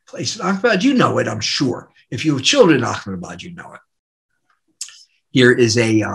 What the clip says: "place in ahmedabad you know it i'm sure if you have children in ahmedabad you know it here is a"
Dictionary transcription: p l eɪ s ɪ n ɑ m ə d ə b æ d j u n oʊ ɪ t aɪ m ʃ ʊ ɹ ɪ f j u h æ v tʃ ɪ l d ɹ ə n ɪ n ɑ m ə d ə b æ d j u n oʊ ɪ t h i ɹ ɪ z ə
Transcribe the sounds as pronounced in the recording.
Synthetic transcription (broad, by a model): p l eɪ s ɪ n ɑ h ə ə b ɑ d j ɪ n oʊ ɪ t aɪ m ʃ ʊ ɹ ɪ f j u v tʃ ɪ l d ɹ ə n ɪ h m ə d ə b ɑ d j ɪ n oʊ ɪ t h i ɹ ɪ z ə